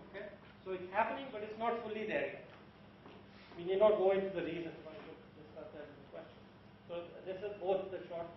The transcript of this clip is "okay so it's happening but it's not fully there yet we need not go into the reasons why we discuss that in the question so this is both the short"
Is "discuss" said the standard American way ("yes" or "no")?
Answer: no